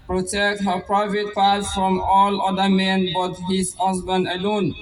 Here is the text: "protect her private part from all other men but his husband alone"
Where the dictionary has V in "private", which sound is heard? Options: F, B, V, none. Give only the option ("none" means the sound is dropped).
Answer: V